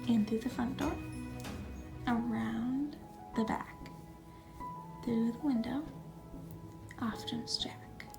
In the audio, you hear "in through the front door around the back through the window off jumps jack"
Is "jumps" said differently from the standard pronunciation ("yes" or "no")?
yes